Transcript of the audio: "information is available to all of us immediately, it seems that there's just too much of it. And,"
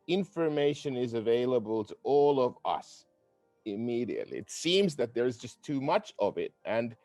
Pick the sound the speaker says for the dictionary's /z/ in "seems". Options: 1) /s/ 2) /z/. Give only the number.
2